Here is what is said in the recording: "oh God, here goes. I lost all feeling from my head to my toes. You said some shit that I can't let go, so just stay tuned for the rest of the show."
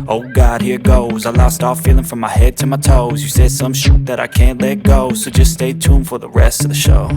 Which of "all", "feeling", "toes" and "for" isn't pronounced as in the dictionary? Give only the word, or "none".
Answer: none